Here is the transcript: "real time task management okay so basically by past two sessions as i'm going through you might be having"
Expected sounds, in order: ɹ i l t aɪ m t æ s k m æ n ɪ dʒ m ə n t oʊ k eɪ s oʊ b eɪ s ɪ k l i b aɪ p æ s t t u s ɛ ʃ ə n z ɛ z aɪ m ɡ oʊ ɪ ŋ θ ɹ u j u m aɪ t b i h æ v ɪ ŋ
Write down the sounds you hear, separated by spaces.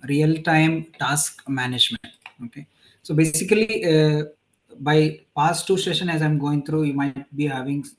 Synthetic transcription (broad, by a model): ɹ i l t aɪ m t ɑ s k m æ n ɪ dʒ m ə n t oʊ k eɪ s oʊ b eɪ s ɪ k l i b aɪ p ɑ s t t u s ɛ ʃ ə n ɛ z aɪ m ɡ oʊ ɪ ŋ t ɹ u j u m aɪ t b i h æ v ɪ ŋ